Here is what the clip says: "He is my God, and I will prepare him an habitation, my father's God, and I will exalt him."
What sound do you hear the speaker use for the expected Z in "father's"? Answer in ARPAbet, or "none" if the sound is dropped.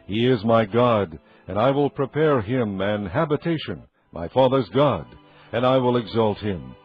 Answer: Z